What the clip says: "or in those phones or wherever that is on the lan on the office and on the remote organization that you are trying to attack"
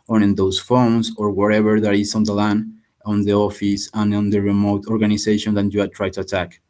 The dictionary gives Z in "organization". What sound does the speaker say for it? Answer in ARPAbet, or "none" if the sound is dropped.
S